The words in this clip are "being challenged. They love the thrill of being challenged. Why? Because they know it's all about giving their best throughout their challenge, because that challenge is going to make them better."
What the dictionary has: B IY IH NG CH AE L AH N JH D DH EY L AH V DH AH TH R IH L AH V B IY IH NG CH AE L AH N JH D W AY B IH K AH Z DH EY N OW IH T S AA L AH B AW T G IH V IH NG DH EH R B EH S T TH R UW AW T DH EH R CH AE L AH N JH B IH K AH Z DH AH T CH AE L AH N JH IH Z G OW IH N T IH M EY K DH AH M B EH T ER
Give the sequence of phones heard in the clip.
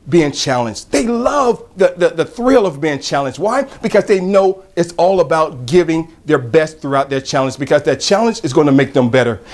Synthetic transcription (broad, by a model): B IY IH NG CH AE L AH N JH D DH EY L AH V DH AH TH R IH L AH V B IY IH NG CH AE L AH N JH D W AY B IH K AH Z DH EY N OW IH T S AA L AH B AW T G IH V IH NG DH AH R B EH S T TH R UW AW T DH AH R CH AE L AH N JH B IH K AH Z DH AH T CH AE L AH N JH IH Z G OW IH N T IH M EY K DH AH M B EH T ER